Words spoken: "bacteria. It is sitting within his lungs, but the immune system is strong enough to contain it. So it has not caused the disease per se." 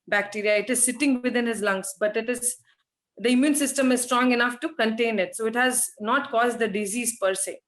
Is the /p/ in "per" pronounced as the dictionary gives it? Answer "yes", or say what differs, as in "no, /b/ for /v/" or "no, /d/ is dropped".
yes